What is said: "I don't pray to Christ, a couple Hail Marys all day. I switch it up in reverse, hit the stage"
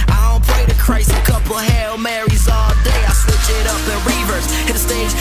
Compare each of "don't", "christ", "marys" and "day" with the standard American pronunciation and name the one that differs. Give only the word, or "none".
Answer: christ